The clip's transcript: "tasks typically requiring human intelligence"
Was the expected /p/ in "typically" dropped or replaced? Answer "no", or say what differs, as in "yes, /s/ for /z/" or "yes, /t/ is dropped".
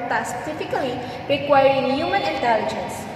yes, /f/ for /p/